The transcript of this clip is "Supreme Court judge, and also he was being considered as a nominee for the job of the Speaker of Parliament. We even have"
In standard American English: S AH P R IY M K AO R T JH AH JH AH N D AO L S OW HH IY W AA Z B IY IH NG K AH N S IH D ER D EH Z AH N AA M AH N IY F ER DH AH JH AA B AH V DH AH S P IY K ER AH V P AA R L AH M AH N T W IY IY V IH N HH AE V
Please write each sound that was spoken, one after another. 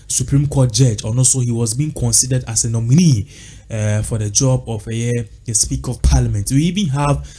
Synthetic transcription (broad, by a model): S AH P R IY M K AO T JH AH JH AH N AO S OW HH IY W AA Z B IY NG K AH N S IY D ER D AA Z AH N AA M AH N IY F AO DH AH JH AA B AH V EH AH S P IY K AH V P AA L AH M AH N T W IY IY V IH N HH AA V